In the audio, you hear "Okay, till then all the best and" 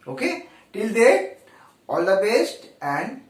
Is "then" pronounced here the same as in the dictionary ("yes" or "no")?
no